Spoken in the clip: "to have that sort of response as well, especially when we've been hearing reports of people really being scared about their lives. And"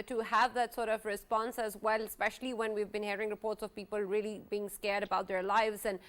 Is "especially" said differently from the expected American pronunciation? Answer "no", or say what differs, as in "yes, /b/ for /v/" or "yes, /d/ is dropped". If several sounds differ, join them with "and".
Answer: no